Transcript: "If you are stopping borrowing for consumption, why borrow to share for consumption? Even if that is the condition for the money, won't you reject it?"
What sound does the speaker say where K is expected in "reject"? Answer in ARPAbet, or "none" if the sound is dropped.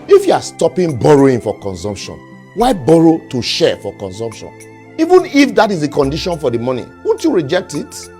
K